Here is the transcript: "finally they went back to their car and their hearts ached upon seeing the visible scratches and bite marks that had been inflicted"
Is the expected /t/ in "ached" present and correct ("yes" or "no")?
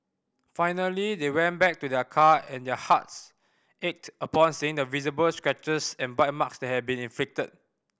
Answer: yes